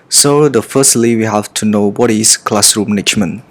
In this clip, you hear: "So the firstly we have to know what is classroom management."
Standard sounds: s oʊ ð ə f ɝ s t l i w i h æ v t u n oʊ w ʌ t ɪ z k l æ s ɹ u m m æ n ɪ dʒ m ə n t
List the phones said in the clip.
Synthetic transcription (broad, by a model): s oʊ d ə f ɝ s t l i w i h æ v t u n oʊ w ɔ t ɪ s k l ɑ s ɹ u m m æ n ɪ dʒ m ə n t